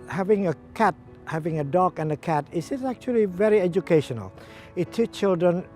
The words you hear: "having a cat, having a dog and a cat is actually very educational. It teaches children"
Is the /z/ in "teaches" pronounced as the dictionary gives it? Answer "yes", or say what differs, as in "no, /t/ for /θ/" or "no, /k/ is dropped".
no, /z/ is dropped